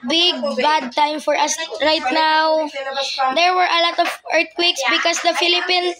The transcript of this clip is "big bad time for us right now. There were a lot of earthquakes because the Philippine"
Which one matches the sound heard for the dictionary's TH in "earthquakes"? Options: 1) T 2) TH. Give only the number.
1